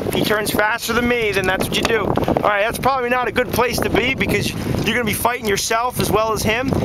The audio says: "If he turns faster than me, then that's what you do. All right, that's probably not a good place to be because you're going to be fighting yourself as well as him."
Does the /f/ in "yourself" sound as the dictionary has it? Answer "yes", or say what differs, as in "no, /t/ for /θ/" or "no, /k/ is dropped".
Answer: yes